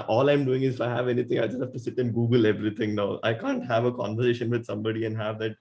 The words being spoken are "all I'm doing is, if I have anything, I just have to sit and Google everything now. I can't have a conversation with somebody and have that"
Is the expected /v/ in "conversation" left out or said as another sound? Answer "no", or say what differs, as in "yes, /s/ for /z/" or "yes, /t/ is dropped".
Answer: no